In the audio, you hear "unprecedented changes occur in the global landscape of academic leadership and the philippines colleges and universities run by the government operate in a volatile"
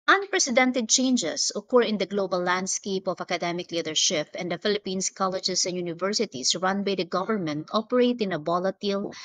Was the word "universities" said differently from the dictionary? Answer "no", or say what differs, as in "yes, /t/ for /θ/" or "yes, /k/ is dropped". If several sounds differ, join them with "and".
yes, /s/ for /z/